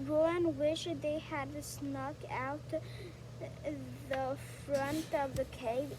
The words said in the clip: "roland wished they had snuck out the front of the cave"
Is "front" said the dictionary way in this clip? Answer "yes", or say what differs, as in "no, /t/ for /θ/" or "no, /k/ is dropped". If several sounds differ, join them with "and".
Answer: yes